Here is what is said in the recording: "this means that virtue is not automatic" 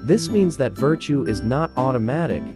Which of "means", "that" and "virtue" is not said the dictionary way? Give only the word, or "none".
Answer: none